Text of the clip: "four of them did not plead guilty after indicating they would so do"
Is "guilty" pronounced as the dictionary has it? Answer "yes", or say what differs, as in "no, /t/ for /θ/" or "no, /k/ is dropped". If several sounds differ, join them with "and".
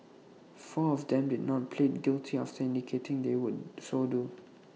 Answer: yes